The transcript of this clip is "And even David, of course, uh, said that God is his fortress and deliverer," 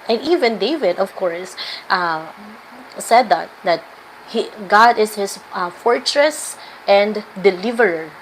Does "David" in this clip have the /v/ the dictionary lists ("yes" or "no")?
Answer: yes